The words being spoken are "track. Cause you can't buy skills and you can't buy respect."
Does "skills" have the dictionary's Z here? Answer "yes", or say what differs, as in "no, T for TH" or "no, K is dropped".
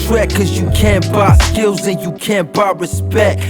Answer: yes